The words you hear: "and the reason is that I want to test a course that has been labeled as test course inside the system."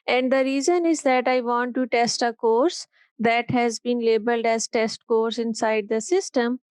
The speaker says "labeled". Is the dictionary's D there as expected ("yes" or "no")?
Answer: yes